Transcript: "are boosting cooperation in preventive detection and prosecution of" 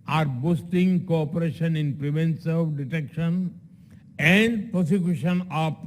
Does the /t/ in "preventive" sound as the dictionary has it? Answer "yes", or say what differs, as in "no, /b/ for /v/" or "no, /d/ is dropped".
no, /s/ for /t/